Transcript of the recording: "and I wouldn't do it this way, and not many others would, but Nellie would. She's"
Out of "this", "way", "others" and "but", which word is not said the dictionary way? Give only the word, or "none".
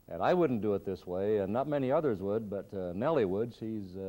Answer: none